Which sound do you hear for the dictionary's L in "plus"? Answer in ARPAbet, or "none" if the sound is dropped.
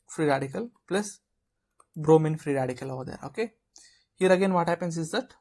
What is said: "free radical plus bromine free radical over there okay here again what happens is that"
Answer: L